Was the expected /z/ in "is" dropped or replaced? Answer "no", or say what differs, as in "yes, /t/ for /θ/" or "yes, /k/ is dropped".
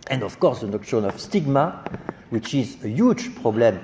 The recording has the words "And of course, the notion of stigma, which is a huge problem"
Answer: no